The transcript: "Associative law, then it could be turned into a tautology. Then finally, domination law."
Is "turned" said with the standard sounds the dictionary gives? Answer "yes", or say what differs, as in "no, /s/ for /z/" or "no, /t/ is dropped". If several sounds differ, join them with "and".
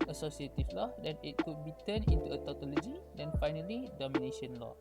no, /d/ is dropped